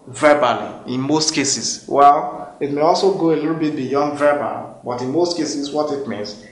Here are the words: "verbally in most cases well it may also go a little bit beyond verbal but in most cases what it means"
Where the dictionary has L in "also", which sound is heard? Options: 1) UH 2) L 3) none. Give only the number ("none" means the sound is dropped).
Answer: 2